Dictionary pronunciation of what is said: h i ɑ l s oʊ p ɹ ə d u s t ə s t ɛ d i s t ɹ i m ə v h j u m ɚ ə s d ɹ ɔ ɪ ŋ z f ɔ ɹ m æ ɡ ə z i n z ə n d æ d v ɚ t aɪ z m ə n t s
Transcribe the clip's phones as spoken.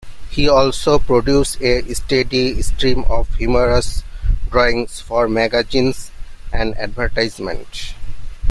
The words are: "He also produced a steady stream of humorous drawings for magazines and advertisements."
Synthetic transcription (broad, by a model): h i ɑ l s oʊ p ɹ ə d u s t ə s t ɛ d i s t ɹ i m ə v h j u m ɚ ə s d ɹ ɔ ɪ ŋ s f ɔ ɹ m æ ɡ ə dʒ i n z ə n d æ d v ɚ t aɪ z m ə n t